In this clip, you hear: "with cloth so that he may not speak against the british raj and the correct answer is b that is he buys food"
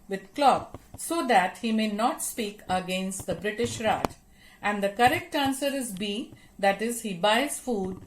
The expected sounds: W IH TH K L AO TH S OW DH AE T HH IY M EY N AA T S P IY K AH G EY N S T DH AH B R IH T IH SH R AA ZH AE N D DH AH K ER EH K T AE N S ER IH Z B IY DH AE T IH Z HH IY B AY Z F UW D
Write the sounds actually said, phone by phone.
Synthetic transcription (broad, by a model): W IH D K L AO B S OW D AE T HH IY M EY N AA T S P IY K AH G EY N S T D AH B R IH T IH SH R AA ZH AE N D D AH K ER EH K T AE N S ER IH Z B IY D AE T IH Z HH IY B AY Z F UW D